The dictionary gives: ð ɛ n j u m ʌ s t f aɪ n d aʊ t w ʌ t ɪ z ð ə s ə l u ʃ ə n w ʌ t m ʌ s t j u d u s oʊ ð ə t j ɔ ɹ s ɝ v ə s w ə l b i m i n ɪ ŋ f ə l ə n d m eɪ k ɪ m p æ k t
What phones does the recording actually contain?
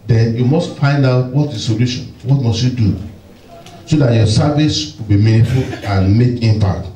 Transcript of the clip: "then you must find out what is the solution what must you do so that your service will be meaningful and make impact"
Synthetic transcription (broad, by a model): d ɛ n j u m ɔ s t f aɪ n d aʊ t w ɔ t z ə s ə l u ʃ ə n w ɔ t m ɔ s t j u d u s oʊ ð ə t j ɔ s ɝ v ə s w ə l b i m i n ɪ f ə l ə n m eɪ k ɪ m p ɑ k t